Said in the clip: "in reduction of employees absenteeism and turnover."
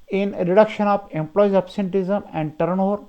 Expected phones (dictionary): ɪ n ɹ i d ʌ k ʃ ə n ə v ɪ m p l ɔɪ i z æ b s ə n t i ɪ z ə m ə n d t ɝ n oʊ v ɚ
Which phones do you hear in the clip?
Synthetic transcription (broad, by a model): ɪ n ɹ i d ʌ k ʃ ə n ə p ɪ m p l ɔɪ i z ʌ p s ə n t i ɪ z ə m ə n d t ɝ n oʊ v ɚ